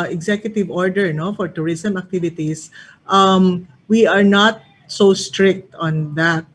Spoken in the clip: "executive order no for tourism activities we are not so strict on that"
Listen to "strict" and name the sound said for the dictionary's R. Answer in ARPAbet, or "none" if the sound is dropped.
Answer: R